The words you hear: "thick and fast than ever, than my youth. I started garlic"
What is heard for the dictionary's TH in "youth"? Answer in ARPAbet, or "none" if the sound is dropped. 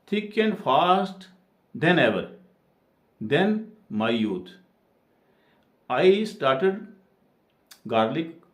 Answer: T